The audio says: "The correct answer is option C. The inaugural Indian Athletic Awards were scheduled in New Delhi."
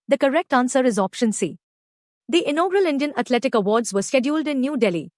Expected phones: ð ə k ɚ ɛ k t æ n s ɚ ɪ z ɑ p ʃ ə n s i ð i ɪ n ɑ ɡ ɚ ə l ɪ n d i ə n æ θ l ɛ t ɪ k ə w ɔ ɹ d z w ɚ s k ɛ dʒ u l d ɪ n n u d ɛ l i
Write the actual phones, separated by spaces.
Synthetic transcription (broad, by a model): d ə k ɚ ɛ k t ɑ n s ɚ ɪ z ɑ p ʃ ə n s i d i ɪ n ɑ ɡ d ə l ɪ n d i ə n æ t l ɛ t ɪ k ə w ɔ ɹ d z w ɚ s k ɛ dʒ u l d ɪ n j u d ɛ l i